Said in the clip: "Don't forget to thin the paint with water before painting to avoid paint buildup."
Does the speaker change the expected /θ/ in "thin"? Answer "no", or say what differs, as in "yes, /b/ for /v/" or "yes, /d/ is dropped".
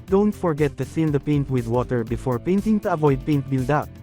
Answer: yes, /s/ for /θ/